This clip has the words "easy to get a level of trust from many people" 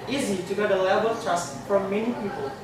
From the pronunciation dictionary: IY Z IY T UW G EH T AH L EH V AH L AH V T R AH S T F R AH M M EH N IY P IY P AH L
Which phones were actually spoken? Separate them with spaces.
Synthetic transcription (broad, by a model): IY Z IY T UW G EH T AH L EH B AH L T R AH S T F R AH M M EH N IY P IY P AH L